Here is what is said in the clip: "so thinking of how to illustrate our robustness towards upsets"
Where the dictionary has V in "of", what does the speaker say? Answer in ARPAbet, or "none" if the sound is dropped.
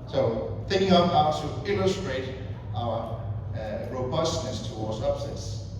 P